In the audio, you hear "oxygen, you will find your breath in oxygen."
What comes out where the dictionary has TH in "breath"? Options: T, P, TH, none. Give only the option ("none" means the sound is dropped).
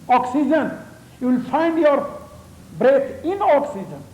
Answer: T